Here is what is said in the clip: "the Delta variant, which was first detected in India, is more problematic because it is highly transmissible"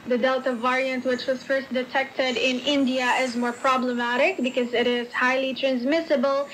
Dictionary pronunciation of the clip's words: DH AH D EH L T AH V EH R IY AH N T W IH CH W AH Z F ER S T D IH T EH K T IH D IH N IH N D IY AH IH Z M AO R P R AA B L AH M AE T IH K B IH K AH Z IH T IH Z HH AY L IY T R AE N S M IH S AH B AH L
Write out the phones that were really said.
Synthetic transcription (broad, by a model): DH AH D EH L T AH V EH R IY AH N T W IH CH W AH Z F ER S T D IH T EH K T IH D IH N IH N D IY AH IH Z M AO R P R AA B L AH M AE T IH K B IH K AH Z IH T IH Z HH AY L IY T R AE N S M IH S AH B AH L